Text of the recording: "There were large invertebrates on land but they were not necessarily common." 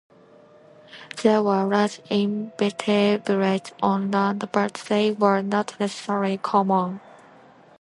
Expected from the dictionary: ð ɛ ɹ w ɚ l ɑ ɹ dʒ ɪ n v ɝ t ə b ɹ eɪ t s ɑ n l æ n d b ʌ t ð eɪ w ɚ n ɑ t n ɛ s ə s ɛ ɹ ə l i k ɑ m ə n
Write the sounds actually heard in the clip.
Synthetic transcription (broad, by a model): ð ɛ w ɚ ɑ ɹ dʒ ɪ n b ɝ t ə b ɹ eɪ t ɑ n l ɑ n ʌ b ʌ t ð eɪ w ɚ n ɑ t n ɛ s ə s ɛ ɹ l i k ɑ m ə n